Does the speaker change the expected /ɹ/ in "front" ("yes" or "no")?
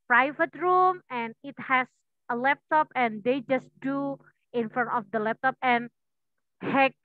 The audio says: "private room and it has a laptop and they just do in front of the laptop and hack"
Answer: yes